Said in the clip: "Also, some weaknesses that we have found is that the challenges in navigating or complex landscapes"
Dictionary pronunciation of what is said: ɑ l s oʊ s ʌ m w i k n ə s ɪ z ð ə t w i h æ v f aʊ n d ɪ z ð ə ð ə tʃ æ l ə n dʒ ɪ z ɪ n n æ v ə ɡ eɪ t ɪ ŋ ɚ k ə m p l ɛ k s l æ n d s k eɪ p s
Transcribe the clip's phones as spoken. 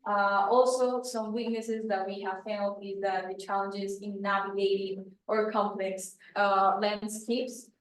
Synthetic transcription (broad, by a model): ɑ l s oʊ s ʌ m w i k n ə s ɪ z ð ə t w i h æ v f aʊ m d ɪ z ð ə ð ə tʃ æ l ə n dʒ ɪ z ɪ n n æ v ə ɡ eɪ t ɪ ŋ ɚ k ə m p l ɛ k s l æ n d s k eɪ p s